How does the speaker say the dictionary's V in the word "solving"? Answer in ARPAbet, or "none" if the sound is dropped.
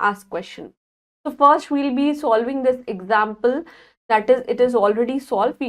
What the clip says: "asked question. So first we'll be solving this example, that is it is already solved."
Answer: V